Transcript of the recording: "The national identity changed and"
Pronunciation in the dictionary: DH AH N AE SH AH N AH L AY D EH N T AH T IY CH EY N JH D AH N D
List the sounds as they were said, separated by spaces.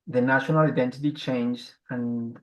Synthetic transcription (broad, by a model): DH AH N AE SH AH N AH L AY D EH N T AH T IY CH EY N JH AH N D